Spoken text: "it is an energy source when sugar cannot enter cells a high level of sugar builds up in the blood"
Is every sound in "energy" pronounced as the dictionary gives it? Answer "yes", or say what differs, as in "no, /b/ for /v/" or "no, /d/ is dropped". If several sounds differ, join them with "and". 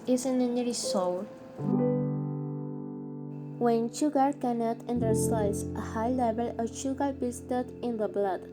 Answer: no, /dʒ/ is dropped